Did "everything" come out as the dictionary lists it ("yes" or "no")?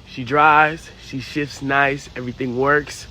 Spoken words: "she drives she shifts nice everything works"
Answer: yes